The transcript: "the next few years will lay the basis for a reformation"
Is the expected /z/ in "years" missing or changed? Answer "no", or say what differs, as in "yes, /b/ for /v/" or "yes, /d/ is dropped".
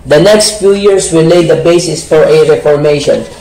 yes, /s/ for /z/